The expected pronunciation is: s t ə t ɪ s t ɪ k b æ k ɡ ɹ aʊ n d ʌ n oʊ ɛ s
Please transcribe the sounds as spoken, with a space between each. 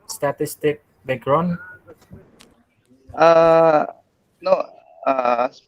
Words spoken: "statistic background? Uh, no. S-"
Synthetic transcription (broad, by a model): s t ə t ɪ s t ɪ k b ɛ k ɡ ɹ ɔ n ʌ n oʊ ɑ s